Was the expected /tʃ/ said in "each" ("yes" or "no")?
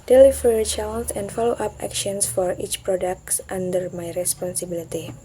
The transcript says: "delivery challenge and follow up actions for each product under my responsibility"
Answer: yes